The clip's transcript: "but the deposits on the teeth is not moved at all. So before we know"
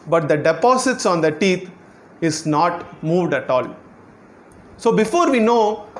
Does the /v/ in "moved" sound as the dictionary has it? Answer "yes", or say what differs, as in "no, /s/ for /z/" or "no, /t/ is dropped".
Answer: yes